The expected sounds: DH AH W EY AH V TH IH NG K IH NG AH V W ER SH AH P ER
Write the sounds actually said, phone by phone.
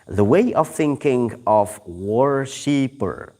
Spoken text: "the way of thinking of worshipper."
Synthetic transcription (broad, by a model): DH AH W EY AH V TH IH NG K IH NG AH V W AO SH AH P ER